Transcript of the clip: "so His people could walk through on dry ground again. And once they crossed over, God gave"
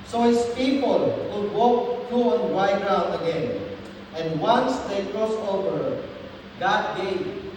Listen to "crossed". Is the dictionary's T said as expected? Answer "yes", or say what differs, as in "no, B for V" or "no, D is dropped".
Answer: no, T is dropped